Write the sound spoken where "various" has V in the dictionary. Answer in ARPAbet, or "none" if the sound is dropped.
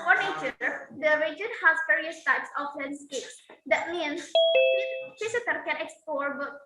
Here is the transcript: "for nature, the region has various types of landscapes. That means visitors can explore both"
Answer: P